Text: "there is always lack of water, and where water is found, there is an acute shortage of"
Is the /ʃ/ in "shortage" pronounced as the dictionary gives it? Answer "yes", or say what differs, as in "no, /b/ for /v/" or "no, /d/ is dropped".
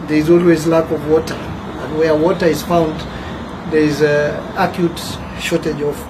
yes